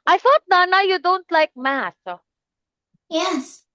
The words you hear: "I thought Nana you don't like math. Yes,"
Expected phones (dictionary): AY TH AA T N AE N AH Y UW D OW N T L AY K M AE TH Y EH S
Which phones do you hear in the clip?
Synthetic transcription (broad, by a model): AY TH AA T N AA N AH Y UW D OW N T L AY K M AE S Y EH S